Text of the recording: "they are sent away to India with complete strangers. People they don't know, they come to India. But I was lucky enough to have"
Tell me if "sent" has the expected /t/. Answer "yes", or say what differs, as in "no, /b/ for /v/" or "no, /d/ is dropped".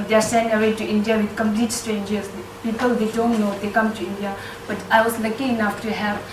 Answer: no, /t/ is dropped